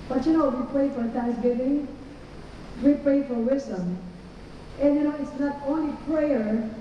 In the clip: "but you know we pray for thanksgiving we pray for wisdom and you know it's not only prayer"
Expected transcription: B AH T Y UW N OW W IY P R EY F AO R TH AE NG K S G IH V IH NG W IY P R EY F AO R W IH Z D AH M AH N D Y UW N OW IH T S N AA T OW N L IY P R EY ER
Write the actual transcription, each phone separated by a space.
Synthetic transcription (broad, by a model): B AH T Y UW N OW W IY P R EY F AO R T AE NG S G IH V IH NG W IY P R EY F AO R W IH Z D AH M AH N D Y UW N OW IH T S N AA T OW N L IY P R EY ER